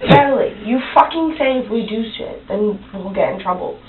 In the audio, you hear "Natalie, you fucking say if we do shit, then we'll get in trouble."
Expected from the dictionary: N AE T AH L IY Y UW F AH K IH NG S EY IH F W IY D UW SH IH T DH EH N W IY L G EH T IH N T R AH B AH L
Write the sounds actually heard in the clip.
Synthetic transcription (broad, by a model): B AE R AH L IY Y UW F AH K IH NG S EY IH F W IY D UW S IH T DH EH N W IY L G EH T IH N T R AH B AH L